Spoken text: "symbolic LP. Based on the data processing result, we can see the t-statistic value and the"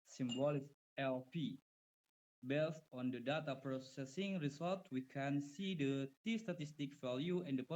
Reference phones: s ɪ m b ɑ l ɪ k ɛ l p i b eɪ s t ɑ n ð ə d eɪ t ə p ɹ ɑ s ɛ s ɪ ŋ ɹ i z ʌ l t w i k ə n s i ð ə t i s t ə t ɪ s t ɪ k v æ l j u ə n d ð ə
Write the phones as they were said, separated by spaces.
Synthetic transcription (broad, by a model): s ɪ m b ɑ l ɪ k ɛ l p i b eɪ s t ɑ n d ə d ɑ t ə p ɹ ɑ s ɛ s ɪ ŋ ɹ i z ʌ l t w i k ə n s i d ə t i s t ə t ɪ s t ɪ k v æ l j u ə n d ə